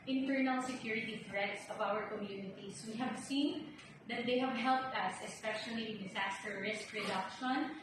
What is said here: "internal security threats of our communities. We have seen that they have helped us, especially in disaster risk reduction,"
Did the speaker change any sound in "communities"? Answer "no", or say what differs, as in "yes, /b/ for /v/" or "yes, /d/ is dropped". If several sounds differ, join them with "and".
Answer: yes, /s/ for /z/